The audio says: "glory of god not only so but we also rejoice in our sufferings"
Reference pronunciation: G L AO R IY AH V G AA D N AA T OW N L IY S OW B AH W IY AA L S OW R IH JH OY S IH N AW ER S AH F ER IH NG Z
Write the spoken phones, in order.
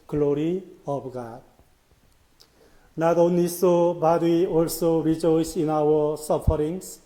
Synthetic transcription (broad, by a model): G L AO R IY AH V G AA D N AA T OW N IY S OW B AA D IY AA L S OW R IH JH OY S IH N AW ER S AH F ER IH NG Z